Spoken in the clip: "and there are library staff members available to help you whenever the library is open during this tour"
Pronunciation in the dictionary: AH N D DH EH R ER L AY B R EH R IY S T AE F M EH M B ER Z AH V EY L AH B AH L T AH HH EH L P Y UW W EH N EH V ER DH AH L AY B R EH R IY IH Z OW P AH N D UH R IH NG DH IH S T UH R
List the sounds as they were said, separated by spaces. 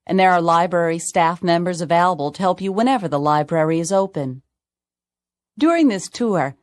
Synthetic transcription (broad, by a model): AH N DH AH R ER L AY B R EH R IY S T AE F M EH M B ER Z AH V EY L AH B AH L T AH HH EH L P Y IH W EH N EH V ER DH AH L AY B R EH R IY IH Z OW P AH N D UH R IH NG DH IH S T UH R